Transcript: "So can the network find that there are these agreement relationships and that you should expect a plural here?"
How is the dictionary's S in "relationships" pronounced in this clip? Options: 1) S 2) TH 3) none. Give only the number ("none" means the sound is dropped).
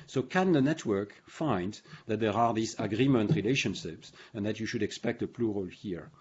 1